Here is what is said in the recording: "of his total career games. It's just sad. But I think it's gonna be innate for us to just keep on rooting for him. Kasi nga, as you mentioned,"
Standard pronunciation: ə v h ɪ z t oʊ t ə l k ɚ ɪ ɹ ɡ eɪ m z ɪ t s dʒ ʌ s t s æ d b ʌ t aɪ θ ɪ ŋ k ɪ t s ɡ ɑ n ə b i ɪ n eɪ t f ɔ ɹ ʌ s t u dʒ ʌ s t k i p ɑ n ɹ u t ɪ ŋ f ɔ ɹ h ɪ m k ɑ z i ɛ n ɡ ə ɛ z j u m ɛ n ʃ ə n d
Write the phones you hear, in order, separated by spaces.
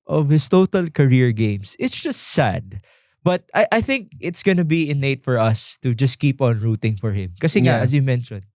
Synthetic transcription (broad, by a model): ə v h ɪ s t oʊ t ə l k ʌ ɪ ɹ ɡ eɪ m s ɪ t s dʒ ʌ s t s æ d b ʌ t aɪ θ ɪ ŋ k ɪ t s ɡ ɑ n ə b i ɪ n eɪ t f ɔ ɹ ʌ s t u dʒ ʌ s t k i p ɑ n ɹ u t ɪ ŋ f ɔ ɹ h ɪ m k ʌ s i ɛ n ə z j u m ɛ n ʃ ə n